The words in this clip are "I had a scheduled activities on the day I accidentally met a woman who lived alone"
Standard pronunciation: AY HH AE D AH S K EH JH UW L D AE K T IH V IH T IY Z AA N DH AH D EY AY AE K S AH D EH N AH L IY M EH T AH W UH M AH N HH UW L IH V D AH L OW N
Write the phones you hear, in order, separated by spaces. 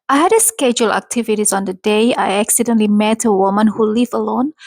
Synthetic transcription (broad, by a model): AY HH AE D AH S K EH JH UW L AE K T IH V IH T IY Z AA N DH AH D EY AY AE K S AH D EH N L IY M EH T AH W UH M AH N HH UW L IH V AH L OW N